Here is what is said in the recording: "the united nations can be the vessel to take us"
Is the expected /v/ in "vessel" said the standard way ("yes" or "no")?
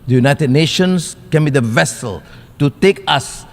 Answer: yes